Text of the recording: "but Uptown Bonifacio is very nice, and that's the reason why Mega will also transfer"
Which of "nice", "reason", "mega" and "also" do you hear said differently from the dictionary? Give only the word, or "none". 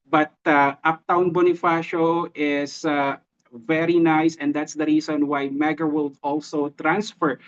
reason